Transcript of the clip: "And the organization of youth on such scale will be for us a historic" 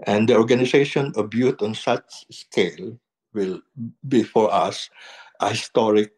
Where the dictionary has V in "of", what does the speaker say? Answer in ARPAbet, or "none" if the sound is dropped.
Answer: B